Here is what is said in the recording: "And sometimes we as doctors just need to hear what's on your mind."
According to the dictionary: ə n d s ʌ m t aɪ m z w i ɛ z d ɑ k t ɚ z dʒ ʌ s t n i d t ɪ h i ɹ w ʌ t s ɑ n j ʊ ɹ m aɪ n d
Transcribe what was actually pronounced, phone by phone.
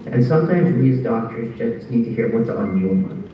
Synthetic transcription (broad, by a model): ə n s ʌ m t aɪ m z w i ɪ z d ɑ k t ɚ z dʒ ʌ s t n i d t ɪ h i ɹ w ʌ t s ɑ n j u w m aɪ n